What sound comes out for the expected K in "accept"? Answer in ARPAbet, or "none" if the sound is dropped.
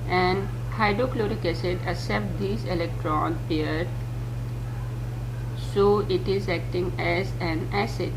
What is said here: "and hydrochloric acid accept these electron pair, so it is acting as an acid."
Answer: none